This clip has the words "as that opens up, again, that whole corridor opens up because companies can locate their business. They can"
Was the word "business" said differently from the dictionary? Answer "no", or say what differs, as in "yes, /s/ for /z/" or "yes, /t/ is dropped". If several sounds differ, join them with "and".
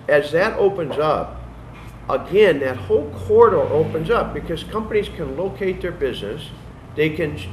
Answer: no